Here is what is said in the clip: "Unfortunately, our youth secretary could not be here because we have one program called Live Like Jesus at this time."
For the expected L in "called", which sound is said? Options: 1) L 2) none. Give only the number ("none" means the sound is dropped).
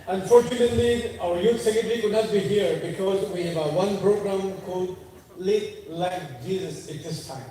2